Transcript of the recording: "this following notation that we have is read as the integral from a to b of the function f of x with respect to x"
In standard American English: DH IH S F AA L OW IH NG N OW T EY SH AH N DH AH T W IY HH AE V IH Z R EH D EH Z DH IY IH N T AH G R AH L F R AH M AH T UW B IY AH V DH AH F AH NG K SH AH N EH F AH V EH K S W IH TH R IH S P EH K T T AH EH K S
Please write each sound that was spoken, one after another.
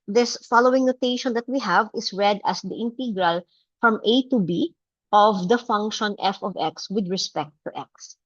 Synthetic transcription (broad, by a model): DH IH S F AA L OW IH NG N OW T EY SH AH N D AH T W IY HH AE V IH S R EH D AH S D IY IH N T AH G R AH L F R AH M AH T UW B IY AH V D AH F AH NG K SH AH N EH F AH V EH K S W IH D R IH S P EH K T T EH K S